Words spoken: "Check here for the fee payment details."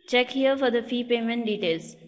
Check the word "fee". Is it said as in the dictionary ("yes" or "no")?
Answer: yes